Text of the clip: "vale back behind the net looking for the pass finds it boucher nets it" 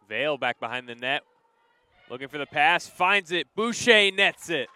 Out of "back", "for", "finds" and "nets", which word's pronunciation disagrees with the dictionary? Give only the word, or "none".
none